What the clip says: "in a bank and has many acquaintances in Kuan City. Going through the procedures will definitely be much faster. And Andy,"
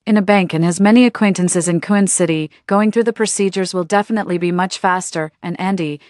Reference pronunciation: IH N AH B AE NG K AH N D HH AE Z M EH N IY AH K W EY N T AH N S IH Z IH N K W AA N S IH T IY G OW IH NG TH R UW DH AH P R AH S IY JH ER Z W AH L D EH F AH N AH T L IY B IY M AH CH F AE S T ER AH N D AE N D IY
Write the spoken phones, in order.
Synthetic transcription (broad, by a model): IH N AH B AE NG K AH N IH Z M EH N IY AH K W EY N T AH N S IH Z IH N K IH N S IH T IY G OW IH NG TH R UW DH AH P R AH S IY JH ER Z W AH L D EH F AH N AH T L IY B IY M AH CH F AE S T ER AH N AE N D IY